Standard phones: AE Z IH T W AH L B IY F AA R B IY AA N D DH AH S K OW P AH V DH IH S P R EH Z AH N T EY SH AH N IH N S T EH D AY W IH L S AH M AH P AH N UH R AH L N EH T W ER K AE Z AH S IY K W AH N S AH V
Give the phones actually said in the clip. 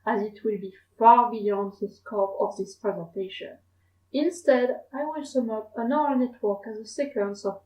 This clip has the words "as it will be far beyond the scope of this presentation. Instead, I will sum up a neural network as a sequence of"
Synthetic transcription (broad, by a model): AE Z IH T W AH L B IY F AA R B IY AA N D DH AH S K OW P AH V DH IH S P R EH Z AH N T EY SH AH N IH N S T EH D AY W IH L S AH M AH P AH N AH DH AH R N EH T W ER K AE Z AH S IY K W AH N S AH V